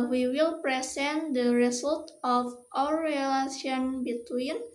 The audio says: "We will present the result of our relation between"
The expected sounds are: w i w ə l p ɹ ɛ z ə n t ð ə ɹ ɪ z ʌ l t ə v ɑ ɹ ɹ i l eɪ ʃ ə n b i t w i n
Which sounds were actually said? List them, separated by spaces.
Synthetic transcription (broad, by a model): w i w ə l p ɹ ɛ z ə n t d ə ɹ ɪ s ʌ l t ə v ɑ w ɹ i l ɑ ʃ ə n b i t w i n